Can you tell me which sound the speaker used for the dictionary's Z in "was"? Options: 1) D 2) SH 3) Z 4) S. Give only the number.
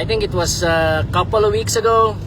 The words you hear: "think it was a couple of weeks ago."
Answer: 4